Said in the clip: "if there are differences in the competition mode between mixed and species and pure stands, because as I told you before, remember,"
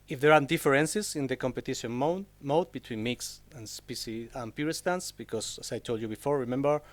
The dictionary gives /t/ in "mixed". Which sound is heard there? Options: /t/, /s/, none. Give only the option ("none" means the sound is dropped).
none